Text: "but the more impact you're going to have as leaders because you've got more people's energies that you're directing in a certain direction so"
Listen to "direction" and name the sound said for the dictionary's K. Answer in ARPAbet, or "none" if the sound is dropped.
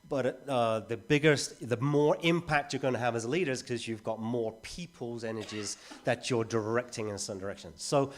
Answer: K